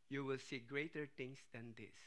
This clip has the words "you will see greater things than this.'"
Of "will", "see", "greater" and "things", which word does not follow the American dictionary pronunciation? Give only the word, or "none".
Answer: things